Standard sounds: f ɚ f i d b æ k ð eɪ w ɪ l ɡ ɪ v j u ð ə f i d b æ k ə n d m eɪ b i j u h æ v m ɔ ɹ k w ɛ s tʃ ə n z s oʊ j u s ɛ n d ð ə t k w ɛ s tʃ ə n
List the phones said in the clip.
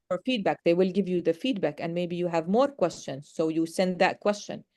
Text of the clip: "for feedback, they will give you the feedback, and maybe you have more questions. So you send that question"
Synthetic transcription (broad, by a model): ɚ f i d b æ k ð eɪ w ɪ l ɡ ɪ v j u ð ə f i d b æ k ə n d m eɪ b i j u h æ v m ɔ ɹ k w ɛ s tʃ ə n z s oʊ j u s ɛ n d ð ə t k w ɛ s tʃ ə n